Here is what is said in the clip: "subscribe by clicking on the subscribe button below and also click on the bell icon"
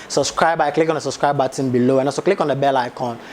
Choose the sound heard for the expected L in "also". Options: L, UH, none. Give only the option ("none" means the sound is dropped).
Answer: none